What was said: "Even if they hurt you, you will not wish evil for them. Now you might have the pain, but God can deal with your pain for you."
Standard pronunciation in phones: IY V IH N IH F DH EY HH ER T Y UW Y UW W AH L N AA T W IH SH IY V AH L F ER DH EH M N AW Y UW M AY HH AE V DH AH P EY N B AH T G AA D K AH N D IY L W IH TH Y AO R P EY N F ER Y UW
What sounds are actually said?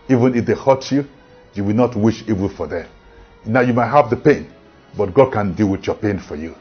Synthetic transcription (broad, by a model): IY V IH N IH F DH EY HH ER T Y UW Y UW W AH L N AA T W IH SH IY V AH N F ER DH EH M N AW Y UW M AY HH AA V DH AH P EY N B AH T G AA D K AH N D IY L W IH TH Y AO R P EY N F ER Y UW